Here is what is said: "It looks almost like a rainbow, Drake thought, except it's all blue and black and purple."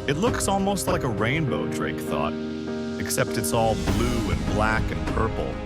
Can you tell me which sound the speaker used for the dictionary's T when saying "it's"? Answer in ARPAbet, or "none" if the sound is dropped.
T